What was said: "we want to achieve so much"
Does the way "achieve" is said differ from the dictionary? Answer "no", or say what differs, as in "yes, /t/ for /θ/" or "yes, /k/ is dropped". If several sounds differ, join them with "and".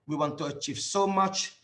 no